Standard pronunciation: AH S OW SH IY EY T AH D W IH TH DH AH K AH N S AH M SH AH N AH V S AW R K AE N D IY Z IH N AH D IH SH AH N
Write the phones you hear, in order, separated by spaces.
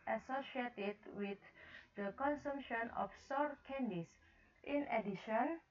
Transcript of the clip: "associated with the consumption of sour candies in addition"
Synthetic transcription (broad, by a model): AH S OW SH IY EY T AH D W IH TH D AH K AH N S AH M SH AH N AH F S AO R K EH N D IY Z IH N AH D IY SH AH N